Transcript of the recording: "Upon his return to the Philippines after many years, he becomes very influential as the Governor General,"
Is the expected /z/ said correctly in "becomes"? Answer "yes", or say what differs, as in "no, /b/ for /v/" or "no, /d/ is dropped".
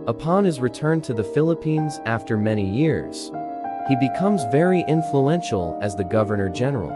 yes